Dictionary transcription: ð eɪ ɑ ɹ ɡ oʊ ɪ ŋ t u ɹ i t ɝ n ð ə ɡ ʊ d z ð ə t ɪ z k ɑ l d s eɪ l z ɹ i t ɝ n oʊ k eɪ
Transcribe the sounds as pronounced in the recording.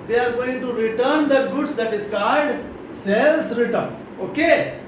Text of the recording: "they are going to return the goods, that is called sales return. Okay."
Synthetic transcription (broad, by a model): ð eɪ ɑ ɹ ɡ oʊ ɪ ŋ t u ɹ i t ɝ n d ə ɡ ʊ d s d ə t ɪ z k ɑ d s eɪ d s ɹ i t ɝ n oʊ k eɪ